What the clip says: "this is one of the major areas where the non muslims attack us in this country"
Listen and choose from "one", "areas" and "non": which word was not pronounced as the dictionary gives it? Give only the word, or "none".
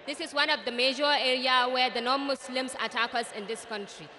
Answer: areas